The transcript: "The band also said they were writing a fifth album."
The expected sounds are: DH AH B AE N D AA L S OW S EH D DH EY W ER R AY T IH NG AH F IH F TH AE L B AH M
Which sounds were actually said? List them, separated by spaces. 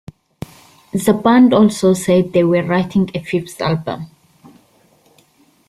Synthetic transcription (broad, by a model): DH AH B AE N D AA L S OW S EH D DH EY W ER R AY T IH NG AH F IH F S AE L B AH M